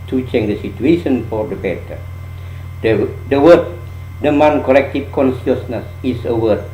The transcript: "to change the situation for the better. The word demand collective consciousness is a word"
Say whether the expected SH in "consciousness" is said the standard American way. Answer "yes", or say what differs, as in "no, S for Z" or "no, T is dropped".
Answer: no, S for SH